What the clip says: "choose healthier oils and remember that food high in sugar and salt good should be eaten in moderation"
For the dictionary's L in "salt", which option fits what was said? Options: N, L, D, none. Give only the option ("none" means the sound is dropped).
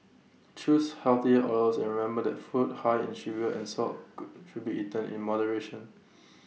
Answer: none